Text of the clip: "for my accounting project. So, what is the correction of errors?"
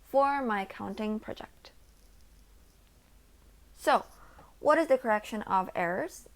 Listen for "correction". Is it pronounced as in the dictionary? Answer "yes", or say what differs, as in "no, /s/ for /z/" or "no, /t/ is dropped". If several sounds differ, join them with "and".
yes